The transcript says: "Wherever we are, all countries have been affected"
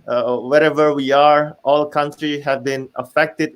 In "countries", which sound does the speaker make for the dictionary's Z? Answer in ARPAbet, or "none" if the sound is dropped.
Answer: none